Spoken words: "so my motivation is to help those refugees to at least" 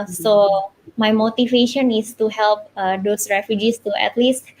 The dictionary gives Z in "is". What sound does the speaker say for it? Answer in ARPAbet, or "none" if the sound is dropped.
S